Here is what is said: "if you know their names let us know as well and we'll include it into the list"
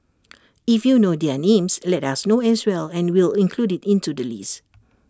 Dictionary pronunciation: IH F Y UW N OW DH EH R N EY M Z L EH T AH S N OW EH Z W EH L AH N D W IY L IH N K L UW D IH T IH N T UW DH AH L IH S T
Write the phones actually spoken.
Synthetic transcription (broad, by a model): IH F Y UW N OW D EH N EY M S L EH T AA S N OW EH S W EH L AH N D W IY L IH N K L UW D IH T IH N T UW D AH L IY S